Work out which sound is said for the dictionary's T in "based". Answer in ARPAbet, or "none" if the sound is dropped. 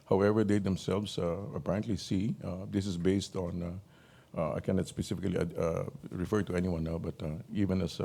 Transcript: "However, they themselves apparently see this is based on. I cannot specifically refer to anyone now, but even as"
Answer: T